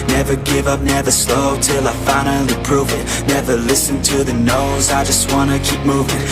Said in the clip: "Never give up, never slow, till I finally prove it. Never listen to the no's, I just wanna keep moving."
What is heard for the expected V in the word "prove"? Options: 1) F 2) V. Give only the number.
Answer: 2